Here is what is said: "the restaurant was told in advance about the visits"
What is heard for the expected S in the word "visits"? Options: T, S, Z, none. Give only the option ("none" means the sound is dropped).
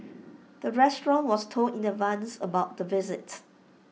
none